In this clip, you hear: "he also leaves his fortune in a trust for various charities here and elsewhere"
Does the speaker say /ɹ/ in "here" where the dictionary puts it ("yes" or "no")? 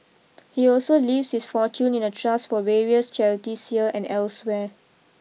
no